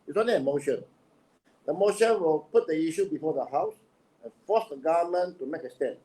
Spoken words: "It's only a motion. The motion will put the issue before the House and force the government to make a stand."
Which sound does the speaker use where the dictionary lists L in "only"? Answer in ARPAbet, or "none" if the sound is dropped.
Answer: none